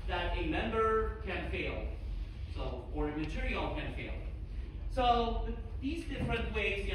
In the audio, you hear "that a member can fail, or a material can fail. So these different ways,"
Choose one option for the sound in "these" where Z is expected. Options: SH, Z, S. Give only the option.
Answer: Z